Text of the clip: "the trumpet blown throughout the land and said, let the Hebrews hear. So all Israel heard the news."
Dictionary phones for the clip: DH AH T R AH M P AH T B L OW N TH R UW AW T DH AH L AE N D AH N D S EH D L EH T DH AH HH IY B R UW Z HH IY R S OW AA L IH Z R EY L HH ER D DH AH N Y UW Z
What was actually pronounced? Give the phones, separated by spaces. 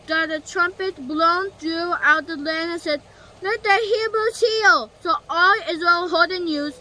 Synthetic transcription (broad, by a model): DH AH T R AH M P AH T B L OW N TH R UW AW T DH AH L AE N AH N S EH D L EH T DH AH HH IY B R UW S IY L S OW AA L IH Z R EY L HH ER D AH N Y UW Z